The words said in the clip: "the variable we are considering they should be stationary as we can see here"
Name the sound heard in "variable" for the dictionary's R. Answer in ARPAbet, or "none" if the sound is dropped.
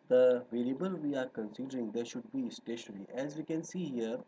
L